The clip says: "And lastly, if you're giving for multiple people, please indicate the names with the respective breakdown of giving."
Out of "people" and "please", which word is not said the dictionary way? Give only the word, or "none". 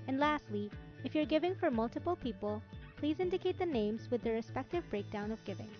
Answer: none